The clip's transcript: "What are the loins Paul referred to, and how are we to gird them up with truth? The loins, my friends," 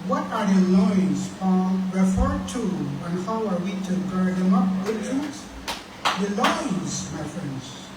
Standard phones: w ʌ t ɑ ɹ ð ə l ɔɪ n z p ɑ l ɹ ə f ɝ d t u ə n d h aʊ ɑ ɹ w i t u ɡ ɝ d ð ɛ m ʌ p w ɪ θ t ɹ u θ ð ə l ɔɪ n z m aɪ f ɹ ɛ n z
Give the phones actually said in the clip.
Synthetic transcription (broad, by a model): w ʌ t ɑ ɹ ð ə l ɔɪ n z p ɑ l ɹ ə f ɝ d t u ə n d h aʊ ɑ ɹ w i t u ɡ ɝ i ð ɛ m ʌ p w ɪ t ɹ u s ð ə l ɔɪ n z m aɪ f ɹ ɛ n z